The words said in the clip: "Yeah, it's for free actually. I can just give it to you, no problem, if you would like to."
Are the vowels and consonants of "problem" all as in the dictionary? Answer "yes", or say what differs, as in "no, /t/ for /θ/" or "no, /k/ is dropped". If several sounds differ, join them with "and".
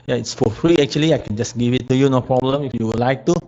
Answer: yes